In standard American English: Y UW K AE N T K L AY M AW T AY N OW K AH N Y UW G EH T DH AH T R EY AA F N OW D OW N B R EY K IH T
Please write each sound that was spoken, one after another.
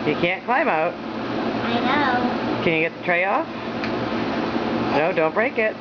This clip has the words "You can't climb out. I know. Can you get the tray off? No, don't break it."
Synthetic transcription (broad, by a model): Y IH K AE N K L AY M AW T AY N OW K AH N Y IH G EH T DH AH T R EY AA F N OW D OW N B R EY K IH T